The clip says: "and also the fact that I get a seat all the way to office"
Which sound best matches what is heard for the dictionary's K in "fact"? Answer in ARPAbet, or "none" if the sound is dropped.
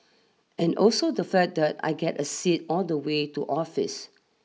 none